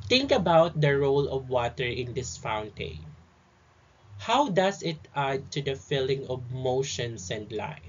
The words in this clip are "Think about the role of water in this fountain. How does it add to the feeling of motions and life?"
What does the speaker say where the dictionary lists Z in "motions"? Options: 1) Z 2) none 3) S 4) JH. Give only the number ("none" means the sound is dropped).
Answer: 3